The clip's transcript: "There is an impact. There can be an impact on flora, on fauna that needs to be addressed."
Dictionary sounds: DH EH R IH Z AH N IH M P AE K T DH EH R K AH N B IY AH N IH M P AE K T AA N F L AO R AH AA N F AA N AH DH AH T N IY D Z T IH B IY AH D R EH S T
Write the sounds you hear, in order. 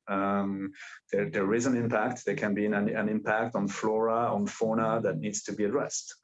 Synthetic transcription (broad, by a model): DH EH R IH Z AH N IH M P AE K T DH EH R K AH N B IY AH N IH M P AE K T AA N F L AO R AH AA N F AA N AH DH AH T N IY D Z T IH B IY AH D R EH S T